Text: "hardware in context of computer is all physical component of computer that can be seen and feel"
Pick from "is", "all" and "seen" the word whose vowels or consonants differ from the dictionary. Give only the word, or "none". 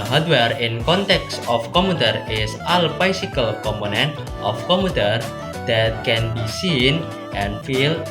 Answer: is